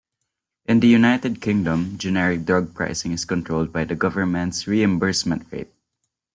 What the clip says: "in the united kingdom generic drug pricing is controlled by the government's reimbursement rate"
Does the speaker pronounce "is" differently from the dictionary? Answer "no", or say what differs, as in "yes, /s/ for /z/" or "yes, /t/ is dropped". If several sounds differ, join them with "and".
yes, /s/ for /z/